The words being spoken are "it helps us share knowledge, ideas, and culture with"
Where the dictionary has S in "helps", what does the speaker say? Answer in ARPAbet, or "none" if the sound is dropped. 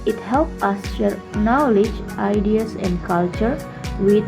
none